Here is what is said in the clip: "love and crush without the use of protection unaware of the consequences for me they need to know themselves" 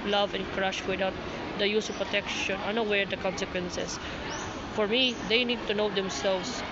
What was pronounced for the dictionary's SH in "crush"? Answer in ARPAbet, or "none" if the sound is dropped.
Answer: SH